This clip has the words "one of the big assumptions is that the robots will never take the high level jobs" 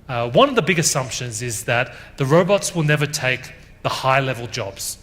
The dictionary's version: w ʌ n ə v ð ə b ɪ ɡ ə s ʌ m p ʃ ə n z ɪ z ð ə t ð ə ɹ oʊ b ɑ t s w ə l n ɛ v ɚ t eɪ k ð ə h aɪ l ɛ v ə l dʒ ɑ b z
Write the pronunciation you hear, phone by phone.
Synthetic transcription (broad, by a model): w ʌ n ə v ð ə b ɪ ɡ ə s ʌ m p ʃ ə n z ɪ z ð ə t ð ə ɹ oʊ b ɑ t s w ə l n ɛ v ɚ t eɪ k ð ə h aɪ l ɛ v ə l dʒ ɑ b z